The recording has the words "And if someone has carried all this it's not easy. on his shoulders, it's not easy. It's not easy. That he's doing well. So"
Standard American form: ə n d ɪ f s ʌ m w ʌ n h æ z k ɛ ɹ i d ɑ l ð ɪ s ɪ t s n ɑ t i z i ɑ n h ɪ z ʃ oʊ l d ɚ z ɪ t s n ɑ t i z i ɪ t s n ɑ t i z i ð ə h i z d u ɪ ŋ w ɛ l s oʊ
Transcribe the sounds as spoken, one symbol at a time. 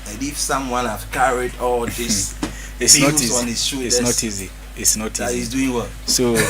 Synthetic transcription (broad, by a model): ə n ɪ f s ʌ m w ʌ n h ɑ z k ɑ ɹ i d ɑ l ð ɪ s ɪ t s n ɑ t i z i ɑ n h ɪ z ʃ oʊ d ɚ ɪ n ɑ t i z i ɪ t s n ɑ t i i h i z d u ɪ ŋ w ɛ l s oʊ